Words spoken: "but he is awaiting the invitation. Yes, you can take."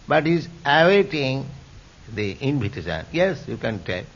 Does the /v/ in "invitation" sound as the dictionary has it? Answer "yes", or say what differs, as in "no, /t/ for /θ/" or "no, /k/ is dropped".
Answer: no, /p/ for /v/